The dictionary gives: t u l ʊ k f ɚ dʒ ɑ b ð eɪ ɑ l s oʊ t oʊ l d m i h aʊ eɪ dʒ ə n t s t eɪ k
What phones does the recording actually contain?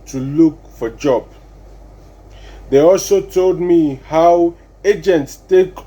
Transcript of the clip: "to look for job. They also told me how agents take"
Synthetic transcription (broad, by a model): t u l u k f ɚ dʒ ɑ b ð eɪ ɑ l s oʊ t oʊ l d m i h aʊ eɪ dʒ ə n t s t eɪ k